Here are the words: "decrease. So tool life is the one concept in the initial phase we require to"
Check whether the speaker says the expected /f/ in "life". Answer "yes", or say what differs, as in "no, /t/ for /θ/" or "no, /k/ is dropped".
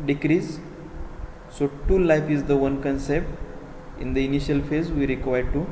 yes